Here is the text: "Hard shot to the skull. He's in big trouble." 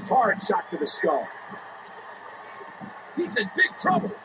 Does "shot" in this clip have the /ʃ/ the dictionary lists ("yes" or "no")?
no